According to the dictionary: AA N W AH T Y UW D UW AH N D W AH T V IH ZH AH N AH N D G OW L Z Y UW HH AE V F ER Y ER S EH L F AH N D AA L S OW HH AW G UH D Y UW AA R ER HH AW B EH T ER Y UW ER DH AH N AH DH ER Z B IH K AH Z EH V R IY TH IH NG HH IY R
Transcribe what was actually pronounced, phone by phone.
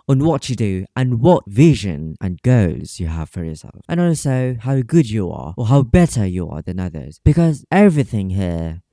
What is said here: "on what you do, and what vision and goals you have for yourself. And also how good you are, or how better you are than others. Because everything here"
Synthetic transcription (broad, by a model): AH N W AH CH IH D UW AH N W AH T V IH ZH AH N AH N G OW Z Y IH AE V F ER Y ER S EH L F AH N AA L S OW HH AW G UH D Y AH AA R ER HH AW B EH T ER Y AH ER DH AH N AH DH ER Z B IH K AH Z EH V R IY TH IH NG HH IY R